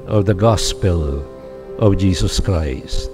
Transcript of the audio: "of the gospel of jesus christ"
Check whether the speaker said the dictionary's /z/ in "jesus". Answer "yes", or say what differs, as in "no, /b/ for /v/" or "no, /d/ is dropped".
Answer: yes